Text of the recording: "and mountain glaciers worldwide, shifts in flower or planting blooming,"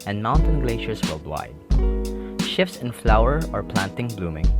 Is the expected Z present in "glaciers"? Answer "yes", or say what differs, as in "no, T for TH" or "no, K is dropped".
no, S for Z